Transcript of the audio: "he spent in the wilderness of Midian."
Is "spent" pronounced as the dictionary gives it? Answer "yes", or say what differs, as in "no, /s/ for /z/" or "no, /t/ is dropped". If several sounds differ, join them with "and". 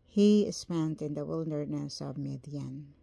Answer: yes